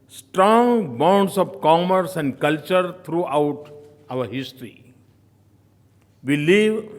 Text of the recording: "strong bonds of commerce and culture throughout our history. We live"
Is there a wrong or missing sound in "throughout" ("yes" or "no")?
yes